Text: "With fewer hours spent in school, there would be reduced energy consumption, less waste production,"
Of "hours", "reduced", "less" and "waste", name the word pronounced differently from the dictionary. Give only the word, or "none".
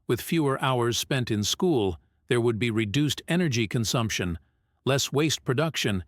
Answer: none